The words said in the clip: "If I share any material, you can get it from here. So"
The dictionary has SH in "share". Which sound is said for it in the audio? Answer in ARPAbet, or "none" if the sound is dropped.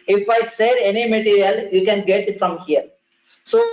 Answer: S